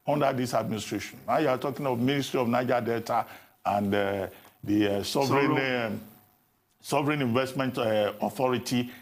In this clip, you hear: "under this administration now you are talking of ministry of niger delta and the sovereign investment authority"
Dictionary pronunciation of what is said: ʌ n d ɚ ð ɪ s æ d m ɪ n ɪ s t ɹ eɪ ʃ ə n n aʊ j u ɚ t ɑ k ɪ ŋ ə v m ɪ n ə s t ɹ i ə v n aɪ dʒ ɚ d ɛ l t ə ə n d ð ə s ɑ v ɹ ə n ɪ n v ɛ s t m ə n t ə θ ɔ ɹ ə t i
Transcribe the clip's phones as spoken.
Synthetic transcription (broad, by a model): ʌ n d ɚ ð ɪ s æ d m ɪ n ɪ s t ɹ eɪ ʃ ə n n aʊ j u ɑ t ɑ k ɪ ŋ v m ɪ n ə s t ɹ i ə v n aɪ dʒ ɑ d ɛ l t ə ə n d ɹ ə s ɑ v ɹ ə n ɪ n v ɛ s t m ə n t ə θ ɔ ɹ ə t i